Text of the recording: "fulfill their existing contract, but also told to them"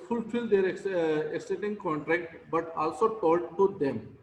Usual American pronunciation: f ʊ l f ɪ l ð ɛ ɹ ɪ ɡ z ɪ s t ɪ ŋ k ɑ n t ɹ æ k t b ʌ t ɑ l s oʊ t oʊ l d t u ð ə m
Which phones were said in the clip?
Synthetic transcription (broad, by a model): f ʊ l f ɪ l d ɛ ɹ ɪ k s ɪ t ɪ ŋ k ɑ n t ɹ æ k t b ʌ t ɑ l s oʊ t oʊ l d t u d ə m